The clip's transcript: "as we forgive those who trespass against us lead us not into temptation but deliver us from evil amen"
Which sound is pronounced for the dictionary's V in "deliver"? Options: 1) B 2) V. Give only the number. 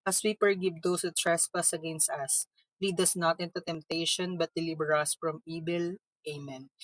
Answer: 1